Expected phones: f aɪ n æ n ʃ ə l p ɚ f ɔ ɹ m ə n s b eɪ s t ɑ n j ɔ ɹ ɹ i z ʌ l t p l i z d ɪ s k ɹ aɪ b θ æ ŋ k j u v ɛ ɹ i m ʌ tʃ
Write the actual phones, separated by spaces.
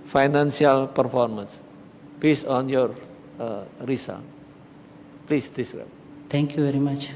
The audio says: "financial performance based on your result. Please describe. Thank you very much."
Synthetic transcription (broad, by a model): f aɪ n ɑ n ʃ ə l p ɚ f ɔ ɹ m ə n s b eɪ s ɑ n j ɔ ɹ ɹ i s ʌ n p l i s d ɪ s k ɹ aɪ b t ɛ ŋ k j u v ɛ ɹ i m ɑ tʃ